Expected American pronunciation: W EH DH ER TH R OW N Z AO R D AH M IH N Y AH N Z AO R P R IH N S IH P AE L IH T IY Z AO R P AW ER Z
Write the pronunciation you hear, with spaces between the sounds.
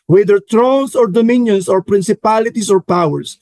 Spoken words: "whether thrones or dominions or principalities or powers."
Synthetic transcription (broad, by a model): W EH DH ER T R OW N S AO R D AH M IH N Y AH N S AO R P R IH N S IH P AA L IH T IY S AO R P AW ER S